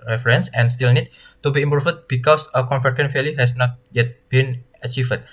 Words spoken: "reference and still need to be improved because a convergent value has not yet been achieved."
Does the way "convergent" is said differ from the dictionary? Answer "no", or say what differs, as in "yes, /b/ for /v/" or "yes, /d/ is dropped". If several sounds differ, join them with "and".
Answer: yes, /f/ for /v/